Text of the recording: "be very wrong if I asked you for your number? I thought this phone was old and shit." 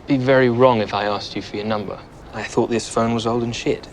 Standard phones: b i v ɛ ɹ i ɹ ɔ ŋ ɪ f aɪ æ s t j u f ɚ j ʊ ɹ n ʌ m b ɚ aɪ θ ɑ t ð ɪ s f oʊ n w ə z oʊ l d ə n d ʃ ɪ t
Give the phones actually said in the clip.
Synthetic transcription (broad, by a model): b i v ɛ ɹ i ɹ ɔ ŋ ɪ f aɪ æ s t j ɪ f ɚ j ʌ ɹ n ʌ m b ɚ aɪ θ ɑ t ð ɪ s f oʊ n w ə z oʊ l d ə n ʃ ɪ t